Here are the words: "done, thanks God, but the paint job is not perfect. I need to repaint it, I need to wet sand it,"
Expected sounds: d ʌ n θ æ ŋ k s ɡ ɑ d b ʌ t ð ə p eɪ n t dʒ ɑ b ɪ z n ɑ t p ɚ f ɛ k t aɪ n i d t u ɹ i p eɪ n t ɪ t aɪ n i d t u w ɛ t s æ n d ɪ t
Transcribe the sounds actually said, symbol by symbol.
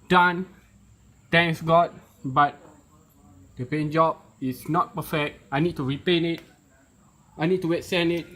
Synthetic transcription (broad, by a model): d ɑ n t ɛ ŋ k s ɡ ɑ d b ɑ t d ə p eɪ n dʒ ɑ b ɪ s n ɑ t p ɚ f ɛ k t aɪ n i d t u ɹ i p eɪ n ɪ t aɪ n i d t u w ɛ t s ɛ n ɪ t